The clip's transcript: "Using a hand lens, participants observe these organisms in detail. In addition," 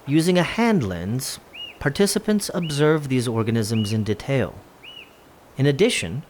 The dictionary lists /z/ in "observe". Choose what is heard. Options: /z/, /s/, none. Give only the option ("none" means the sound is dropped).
/z/